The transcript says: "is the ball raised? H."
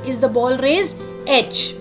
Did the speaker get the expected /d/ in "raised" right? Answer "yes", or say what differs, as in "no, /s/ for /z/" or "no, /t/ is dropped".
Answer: no, /d/ is dropped